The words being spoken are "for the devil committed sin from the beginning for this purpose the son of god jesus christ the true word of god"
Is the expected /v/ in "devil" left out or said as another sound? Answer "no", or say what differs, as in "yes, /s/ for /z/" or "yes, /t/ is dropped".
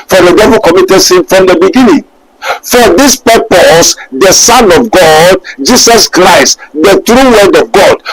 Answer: no